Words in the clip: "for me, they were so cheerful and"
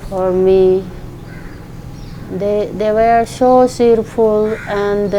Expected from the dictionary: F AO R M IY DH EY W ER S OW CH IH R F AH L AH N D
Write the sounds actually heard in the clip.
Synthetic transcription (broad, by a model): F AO R M IY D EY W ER S OW S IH R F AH L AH N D